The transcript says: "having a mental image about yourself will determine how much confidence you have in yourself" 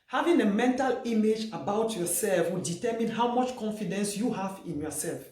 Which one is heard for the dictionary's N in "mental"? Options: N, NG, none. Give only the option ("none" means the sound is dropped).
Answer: N